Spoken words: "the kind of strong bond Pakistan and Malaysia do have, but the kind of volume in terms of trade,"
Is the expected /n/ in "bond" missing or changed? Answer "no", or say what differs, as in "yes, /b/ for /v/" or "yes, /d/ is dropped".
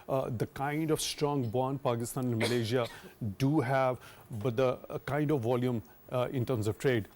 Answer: no